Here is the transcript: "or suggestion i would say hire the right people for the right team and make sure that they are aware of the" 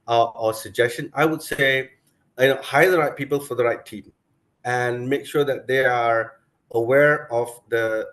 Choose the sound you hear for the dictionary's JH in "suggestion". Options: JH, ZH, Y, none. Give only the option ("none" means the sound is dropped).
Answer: JH